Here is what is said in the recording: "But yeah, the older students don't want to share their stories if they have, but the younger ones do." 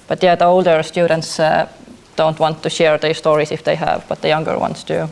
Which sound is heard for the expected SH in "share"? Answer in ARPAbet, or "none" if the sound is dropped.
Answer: SH